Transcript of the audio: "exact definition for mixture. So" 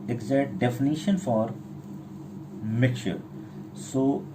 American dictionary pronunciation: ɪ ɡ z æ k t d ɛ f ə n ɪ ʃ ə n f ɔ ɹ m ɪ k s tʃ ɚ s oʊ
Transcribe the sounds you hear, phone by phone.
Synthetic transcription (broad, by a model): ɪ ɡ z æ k t d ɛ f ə n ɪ ʃ ə n f ɔ ɹ m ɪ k tʃ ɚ s oʊ